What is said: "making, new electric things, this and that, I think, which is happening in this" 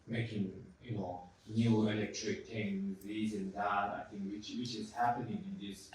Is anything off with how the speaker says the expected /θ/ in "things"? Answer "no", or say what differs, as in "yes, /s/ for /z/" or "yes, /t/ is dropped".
yes, /t/ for /θ/